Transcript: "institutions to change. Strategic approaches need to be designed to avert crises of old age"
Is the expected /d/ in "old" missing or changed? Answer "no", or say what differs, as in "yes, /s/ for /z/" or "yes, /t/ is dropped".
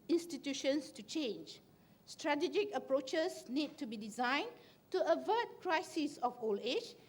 yes, /d/ is dropped